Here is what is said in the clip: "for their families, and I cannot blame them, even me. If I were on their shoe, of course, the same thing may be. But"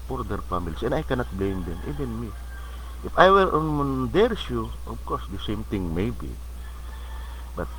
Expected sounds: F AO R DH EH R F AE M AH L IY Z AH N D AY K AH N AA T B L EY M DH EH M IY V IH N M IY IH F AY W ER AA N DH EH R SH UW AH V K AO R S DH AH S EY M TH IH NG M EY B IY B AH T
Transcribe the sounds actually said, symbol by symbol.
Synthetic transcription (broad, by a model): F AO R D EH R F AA M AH L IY S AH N AY K AH N AA T B L EY M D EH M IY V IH N M IY IH F AY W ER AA N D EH R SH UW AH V K AO R S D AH S EY M T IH NG M EY B IY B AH T